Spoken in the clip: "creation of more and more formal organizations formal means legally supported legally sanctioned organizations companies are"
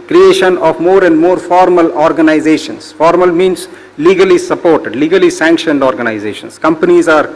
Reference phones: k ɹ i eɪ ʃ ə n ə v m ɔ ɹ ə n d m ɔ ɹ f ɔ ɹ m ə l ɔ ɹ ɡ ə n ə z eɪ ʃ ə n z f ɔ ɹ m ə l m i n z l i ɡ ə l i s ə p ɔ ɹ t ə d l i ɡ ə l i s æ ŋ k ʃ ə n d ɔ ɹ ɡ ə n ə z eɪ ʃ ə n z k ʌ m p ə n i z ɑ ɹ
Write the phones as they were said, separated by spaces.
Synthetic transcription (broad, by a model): k ɹ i eɪ ʃ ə n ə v m ɔ ɹ ə n d m ɔ ɹ f ɔ ɹ m ə l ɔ ɹ ɡ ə n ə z eɪ ʃ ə n s f ɔ ɹ m ə l m i n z l i ɡ ə l i s ə p ɔ ɹ t ə d l i ɡ ə l i s æ ŋ k ʃ ə n d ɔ ɹ ɡ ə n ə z eɪ ʃ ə n s k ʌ m p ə n i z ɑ ɹ